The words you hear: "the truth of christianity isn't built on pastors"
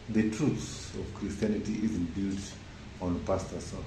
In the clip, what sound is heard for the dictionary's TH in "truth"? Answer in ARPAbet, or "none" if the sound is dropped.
S